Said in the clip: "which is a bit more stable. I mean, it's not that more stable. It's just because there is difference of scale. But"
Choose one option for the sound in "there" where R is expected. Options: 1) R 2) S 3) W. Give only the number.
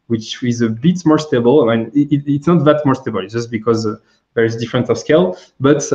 1